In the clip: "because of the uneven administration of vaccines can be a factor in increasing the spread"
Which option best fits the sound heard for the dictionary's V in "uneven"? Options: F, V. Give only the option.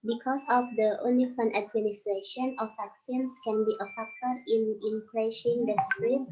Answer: F